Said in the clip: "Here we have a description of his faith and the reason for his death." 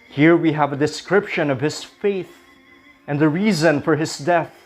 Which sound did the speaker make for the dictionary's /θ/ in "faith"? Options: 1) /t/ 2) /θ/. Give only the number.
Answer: 2